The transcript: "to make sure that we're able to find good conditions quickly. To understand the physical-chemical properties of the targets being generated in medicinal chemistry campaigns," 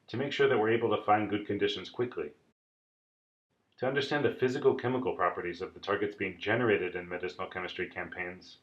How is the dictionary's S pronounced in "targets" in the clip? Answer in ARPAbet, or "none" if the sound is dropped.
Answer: S